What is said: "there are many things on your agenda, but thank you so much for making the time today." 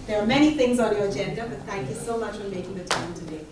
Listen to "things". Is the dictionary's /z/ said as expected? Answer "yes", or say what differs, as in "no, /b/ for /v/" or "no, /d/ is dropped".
yes